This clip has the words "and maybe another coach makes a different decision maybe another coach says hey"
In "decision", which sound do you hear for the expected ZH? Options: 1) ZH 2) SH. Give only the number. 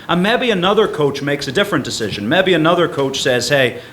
1